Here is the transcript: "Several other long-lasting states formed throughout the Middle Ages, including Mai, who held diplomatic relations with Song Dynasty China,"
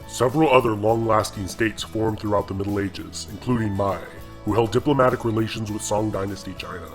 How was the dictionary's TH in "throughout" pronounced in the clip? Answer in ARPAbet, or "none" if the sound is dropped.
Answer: TH